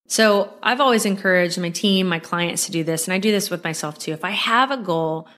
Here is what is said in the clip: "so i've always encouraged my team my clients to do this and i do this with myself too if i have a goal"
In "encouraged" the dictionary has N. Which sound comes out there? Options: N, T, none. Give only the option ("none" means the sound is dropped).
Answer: N